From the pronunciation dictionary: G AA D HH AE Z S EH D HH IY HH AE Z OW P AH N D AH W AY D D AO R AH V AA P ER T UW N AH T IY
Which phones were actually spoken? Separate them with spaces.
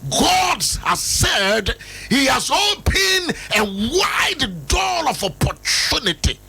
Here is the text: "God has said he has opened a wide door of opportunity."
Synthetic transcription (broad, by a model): G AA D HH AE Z S EH D HH IY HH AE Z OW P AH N AH W AY D D AO L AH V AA P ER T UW N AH T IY